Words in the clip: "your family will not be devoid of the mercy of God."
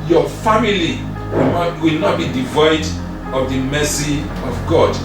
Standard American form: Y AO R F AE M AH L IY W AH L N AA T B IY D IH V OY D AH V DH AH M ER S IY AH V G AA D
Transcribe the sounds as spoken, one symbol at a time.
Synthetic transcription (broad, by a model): Y AO F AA M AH L IY W AH L N AA T B IY D IH V OY D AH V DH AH M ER S IY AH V G AA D